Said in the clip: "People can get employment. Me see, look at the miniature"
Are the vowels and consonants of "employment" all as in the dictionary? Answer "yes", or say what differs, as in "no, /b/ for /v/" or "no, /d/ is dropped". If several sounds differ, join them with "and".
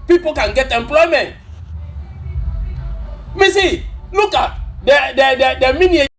yes